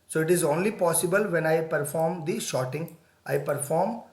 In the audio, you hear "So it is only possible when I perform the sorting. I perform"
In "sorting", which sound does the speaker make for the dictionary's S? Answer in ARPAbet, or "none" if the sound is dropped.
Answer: SH